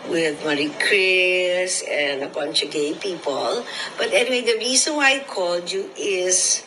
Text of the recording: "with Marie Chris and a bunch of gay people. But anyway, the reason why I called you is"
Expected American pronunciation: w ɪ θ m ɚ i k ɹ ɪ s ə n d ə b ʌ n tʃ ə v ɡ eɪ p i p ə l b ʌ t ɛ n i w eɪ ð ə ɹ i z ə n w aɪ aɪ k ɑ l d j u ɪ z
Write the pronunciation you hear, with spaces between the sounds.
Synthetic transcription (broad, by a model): w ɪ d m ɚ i k ɹ ɪ s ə n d ə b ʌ n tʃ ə ɡ eɪ p i p ə l b ʌ t ɛ n i w eɪ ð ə ɹ i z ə n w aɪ aɪ k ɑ l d j u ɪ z